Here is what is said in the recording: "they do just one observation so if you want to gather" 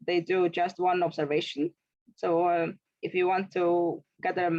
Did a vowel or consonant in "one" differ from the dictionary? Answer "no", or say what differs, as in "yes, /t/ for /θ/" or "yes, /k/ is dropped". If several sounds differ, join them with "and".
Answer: no